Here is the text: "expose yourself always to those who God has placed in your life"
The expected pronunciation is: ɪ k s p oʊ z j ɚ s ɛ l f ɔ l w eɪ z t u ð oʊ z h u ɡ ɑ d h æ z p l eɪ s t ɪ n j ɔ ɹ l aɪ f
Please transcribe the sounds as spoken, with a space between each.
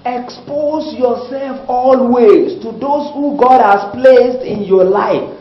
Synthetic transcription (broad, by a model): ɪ k s p oʊ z j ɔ s ɛ l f ɔ l w eɪ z t u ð oʊ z h u ɡ ɑ d h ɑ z p l eɪ s t ɪ n j ɔ l aɪ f